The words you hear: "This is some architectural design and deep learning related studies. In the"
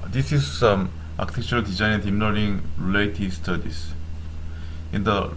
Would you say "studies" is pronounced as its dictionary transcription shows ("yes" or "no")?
no